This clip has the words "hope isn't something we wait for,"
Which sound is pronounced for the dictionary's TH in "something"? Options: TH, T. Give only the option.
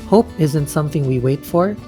TH